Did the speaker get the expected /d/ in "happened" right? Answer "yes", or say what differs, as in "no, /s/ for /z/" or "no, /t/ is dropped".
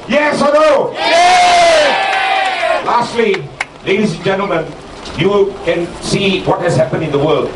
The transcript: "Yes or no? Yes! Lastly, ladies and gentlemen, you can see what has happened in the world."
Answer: no, /d/ is dropped